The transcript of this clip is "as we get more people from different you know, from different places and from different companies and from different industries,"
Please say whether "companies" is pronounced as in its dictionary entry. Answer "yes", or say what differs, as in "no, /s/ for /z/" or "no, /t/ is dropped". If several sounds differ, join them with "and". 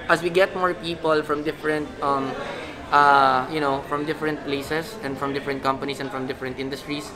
no, /s/ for /z/